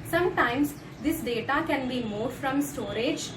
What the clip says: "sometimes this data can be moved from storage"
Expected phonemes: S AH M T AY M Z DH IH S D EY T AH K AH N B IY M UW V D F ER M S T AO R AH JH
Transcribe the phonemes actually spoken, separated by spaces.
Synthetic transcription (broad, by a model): S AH M T AY M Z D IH S D EY T AH K AH N B IY M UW F D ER M S T AO R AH JH